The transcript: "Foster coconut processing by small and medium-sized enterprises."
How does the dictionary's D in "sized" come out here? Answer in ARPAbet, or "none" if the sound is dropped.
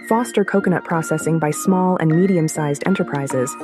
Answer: D